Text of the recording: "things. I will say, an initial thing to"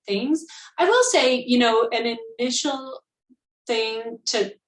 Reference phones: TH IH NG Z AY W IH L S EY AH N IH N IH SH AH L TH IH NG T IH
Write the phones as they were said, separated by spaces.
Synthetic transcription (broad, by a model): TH IH NG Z AY W IH L S EY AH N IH N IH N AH L TH IH NG T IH